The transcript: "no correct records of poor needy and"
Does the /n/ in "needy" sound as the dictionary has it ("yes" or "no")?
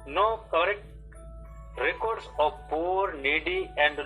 yes